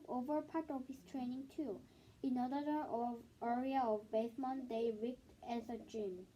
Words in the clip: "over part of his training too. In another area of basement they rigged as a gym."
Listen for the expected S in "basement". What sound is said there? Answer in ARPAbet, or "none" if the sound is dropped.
TH